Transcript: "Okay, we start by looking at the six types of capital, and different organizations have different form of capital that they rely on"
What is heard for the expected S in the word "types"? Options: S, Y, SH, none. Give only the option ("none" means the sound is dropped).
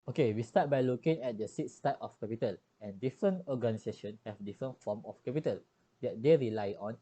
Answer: none